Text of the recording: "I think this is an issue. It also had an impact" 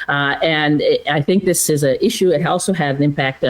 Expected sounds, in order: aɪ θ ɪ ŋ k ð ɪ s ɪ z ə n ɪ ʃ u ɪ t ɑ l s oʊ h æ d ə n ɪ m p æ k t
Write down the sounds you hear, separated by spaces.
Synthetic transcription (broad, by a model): aɪ θ ɪ ŋ k ð ɪ s ɪ z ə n ɪ ʃ u ɪ t ɑ l s oʊ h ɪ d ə n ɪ m p æ k t